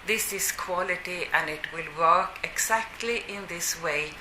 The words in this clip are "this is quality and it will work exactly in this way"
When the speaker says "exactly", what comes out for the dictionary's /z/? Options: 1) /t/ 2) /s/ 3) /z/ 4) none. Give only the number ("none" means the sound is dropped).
2